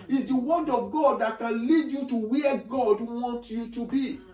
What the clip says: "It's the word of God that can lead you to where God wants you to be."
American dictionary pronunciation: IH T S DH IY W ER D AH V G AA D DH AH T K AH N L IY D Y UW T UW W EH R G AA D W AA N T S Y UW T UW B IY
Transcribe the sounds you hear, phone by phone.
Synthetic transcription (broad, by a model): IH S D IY W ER D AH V G AA D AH T K AH N L IY D Y UW T UW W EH G AA D W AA N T Y UW T UW B IY